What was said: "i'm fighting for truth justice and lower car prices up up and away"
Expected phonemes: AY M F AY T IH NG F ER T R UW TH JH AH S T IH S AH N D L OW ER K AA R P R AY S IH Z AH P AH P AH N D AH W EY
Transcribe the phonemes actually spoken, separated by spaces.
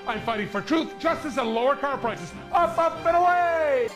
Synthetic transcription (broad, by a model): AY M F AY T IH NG F ER T R UW TH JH AH S T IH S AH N L OW ER K AA R P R AY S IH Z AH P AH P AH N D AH W EY